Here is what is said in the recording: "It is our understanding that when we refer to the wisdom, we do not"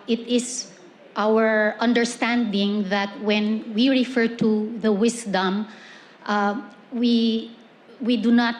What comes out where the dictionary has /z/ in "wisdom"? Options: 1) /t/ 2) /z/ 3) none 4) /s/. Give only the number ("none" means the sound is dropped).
4